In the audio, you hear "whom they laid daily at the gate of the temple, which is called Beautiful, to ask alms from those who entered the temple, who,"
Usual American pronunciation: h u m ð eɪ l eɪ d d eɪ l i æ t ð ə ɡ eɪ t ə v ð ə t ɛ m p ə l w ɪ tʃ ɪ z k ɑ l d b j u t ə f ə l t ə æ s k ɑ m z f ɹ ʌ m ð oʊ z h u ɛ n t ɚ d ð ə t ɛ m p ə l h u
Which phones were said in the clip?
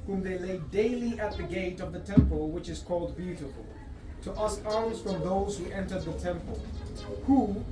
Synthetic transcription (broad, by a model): h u m ð eɪ l eɪ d d eɪ l i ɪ t ð ə ɡ eɪ t ə v ð ə t ɛ m p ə l w ɪ tʃ ɪ z k ɑ l d b j u t ə f ə l t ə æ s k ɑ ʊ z f ɹ ʌ m ð oʊ z h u ɛ n t ɚ d ð ə t ɛ m p ə l h u